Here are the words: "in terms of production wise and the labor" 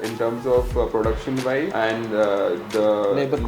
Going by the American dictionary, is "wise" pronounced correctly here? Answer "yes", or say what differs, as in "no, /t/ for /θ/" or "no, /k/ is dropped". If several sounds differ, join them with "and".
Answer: no, /z/ is dropped